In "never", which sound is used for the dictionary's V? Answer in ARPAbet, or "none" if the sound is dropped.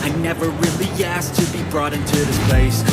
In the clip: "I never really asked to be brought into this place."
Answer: V